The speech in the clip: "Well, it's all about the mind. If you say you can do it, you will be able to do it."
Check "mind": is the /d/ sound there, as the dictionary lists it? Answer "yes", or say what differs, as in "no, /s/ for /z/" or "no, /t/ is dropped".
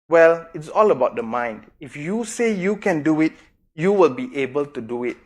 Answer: yes